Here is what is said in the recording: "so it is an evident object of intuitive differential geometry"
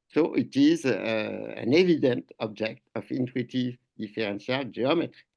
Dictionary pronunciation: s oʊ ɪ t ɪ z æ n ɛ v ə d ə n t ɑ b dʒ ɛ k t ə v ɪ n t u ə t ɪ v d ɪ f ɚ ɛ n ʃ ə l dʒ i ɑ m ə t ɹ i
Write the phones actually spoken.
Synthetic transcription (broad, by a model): s oʊ ɪ t ɪ z æ n ɛ v ə d ə n t ɑ b dʒ ɛ k t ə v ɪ n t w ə t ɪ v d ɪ f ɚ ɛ n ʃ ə l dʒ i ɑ m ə t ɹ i